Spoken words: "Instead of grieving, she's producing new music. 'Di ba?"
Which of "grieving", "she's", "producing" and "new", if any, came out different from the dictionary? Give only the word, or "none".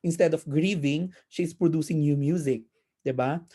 she's